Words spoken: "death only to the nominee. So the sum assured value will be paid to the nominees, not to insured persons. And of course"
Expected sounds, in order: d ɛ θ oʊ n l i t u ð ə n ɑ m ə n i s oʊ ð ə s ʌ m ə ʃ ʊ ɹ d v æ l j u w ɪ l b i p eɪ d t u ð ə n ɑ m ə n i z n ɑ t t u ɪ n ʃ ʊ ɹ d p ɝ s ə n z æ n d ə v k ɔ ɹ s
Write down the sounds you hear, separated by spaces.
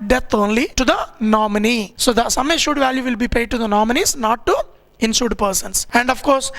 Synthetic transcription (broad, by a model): d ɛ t oʊ n l i t u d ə n ɑ m ə n i s oʊ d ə s ʌ m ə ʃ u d v æ l j u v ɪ l b i p eɪ d t u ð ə n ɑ m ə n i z n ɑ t t u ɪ n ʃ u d p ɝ s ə n s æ n d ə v k ɔ ɹ s